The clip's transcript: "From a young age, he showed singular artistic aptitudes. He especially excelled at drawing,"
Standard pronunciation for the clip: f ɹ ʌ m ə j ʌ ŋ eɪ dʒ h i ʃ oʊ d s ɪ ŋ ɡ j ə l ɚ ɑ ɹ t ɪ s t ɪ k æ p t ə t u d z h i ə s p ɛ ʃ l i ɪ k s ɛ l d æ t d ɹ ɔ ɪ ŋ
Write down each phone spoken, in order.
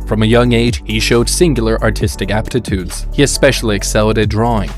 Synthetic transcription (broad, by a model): f ɹ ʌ m ə j ʌ ŋ eɪ dʒ h i ʃ oʊ d s ɪ ŋ ɡ j l ɚ ɑ ɹ t ɪ s t ɪ k æ p t ə t u d z h i ə s p ɛ ʃ l i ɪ k s ɛ l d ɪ d ɹ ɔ ɪ ŋ